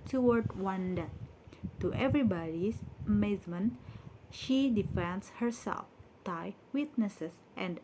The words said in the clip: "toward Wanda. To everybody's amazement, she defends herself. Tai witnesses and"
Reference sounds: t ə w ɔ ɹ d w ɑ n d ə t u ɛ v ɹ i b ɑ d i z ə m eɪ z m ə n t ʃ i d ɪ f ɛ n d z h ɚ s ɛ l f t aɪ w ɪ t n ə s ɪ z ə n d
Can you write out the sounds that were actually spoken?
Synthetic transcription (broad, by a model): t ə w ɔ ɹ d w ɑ n d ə t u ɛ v ɹ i b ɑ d i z ə m eɪ z m ə n t ʃ i d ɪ f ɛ n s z h ɚ s ɛ l f t aɪ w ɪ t n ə s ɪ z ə n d